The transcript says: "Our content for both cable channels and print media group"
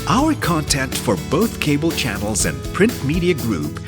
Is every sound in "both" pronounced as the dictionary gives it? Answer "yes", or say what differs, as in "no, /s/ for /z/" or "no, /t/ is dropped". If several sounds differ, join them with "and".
yes